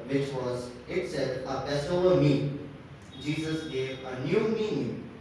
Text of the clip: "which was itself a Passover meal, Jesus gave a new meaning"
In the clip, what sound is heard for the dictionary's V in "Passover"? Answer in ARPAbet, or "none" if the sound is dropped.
none